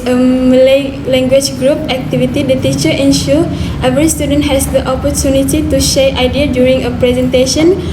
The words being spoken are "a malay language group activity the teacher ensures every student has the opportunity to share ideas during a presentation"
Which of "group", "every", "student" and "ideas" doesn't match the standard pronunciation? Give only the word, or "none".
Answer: ideas